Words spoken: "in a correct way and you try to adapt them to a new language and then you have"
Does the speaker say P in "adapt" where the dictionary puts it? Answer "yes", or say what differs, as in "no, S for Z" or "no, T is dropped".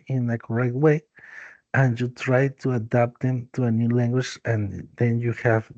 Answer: yes